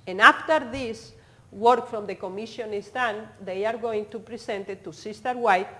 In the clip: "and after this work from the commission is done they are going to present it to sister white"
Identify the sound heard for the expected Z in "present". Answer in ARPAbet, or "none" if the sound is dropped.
S